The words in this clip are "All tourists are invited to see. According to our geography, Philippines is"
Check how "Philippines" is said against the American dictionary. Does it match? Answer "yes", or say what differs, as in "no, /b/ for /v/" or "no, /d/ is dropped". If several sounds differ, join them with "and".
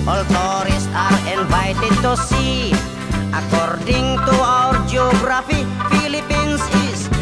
no, /s/ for /z/